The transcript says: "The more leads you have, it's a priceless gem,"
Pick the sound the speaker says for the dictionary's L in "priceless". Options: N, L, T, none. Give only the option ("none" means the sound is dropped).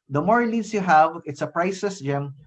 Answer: none